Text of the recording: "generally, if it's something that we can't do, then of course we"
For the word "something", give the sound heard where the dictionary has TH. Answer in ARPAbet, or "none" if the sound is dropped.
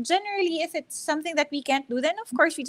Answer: TH